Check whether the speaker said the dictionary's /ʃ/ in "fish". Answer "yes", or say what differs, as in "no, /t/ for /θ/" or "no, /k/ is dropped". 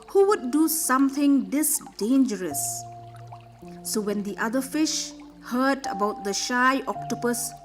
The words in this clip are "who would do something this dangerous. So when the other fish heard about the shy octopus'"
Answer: yes